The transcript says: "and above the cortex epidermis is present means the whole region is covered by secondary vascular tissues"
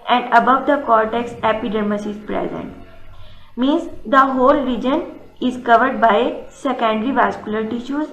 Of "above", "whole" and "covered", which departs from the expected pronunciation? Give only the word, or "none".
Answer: none